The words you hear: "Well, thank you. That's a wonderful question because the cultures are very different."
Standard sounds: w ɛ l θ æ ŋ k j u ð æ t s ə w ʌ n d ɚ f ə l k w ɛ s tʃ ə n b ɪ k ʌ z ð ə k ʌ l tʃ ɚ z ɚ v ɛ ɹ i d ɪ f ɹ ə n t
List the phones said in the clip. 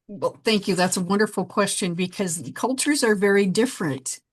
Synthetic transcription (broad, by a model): w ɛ l θ æ ŋ k j u ð æ t s ə w ʌ n d ɚ f l k w ɛ s tʃ ə n b ɪ k ʌ z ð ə k ʌ l tʃ ɚ z ɚ v ɛ ɹ i d ɪ f ɹ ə n t